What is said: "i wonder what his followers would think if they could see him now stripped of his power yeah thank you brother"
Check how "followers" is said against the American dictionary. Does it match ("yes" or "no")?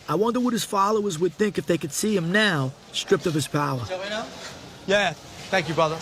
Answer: yes